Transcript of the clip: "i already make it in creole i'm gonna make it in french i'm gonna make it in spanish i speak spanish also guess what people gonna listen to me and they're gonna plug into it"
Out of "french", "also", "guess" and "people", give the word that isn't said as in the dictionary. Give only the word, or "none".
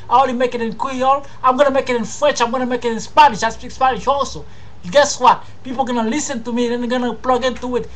french